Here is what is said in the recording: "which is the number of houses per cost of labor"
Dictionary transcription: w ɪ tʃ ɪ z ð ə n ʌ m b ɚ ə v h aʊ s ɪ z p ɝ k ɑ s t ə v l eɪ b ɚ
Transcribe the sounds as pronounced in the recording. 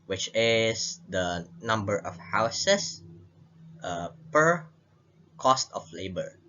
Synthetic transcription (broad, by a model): w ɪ tʃ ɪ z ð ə n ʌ m b ɚ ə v h aʊ s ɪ s p ɝ k ɑ s t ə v l eɪ b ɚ